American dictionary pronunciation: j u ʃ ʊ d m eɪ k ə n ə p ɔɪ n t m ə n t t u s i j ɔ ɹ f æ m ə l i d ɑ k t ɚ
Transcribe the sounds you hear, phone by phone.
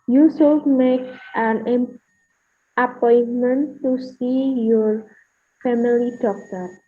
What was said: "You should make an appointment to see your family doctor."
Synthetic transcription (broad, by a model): j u s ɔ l m eɪ k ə n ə p ɔɪ n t m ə n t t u s i j ɔ ɹ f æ m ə l i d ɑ k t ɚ